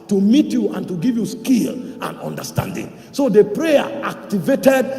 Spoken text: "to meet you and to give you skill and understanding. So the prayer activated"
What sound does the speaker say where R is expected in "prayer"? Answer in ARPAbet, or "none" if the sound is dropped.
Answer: R